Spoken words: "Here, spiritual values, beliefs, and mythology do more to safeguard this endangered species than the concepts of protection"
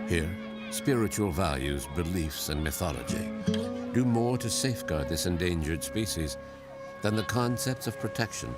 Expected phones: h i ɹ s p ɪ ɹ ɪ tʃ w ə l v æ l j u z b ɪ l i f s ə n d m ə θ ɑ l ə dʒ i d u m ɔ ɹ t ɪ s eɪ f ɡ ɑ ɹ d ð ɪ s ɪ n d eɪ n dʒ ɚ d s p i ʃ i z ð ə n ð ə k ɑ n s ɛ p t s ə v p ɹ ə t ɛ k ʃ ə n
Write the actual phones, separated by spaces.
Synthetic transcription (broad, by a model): h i ɹ s p ɪ ɹ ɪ tʃ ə l v æ l j u z b ɪ l i f s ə n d m ə θ ɑ l ə dʒ i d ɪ m ɔ ɹ t ɪ s eɪ f ɡ ɑ ɹ d ð ɪ s ɪ n d eɪ n dʒ ɚ d s p i ʃ i z ð ə n ð ə k ɑ n s ɛ p t s ə v p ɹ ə t ɛ k ʃ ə n